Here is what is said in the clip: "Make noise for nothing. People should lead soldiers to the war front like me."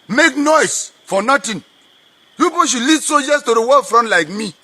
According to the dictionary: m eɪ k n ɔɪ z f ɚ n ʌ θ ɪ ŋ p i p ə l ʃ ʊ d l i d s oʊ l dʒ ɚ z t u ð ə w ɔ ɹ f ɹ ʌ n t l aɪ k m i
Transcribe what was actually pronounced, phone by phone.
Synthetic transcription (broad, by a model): m eɪ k n ɔɪ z f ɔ n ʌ t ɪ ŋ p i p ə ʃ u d l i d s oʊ dʒ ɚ s t u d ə w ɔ f ɹ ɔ n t l aɪ k m i